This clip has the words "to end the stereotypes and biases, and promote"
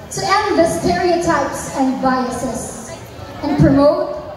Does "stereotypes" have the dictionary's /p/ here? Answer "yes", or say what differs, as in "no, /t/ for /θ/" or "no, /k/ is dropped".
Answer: yes